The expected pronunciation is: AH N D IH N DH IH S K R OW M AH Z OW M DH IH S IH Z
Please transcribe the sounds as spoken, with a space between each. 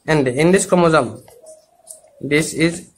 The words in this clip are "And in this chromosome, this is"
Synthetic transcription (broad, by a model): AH N D IH N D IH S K OW M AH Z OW M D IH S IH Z